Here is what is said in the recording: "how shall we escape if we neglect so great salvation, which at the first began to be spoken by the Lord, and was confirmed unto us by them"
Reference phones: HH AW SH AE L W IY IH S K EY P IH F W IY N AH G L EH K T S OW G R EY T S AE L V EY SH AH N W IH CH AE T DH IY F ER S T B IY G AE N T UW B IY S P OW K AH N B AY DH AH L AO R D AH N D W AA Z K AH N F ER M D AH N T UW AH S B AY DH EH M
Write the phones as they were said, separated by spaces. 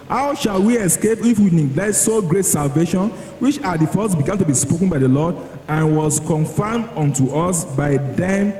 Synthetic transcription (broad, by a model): HH AW SH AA L W IY IH S K EY P IH F W IY N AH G L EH T S OW G R EY T S AE L V EY SH AH N W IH CH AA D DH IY F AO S B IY G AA N T UW B IY S P OW K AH N B AY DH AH L AO D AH N W AA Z K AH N F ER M D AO N T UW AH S B AY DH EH M